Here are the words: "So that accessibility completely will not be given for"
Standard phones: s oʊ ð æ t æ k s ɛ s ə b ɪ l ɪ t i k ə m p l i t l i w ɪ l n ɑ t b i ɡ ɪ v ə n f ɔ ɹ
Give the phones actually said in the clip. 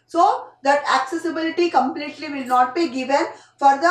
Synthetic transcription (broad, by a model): s oʊ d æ t æ k s ɛ s ə b ɪ l ɪ t i k ə m p l i t l i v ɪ l n ɑ t b i ɡ ɪ v ə n f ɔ ɹ